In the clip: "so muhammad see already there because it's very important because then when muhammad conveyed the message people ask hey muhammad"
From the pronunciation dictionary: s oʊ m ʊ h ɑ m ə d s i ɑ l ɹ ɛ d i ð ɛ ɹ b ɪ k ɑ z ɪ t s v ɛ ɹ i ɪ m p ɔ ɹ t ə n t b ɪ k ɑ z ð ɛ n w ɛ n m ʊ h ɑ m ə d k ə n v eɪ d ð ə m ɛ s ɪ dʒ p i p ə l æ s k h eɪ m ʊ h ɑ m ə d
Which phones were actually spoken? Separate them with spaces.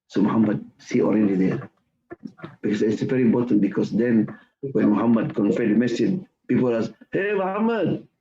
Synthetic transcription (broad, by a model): s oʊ m ʊ h ɑ m ə d s i ɑ l ɹ ɛ d i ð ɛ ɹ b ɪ k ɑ s ɪ t s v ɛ ɹ i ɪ m p ɔ t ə n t b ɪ k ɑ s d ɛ n w ɛ n m ʊ h ɑ m ə d k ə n f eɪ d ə m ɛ s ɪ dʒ p i p ə l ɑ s h eɪ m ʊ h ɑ m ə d